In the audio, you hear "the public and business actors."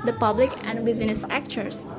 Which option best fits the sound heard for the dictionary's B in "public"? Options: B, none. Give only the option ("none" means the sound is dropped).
B